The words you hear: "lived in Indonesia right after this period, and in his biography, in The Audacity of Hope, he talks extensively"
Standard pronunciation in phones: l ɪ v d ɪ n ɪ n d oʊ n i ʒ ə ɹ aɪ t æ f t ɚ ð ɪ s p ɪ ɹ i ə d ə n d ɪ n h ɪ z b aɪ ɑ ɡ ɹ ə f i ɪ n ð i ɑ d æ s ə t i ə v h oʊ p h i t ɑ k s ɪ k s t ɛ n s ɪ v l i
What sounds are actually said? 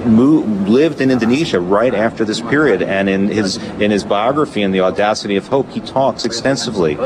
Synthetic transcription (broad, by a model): l ɪ v d ɪ n ɪ n d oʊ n i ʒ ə ɹ aɪ t æ f t ɚ ð ɪ s p ɪ ɹ i ə d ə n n ɪ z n ɪ z b aɪ ɑ ɡ ɹ ə f i ɪ n ð i ɑ d æ s ə t i ə v h oʊ p h i t ɑ k s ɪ k s t ɛ n s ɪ v l i